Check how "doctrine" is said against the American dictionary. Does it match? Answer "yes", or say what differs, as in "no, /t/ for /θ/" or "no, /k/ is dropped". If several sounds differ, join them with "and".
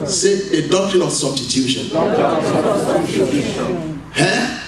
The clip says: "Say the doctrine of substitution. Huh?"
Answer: no, /ɹ/ is dropped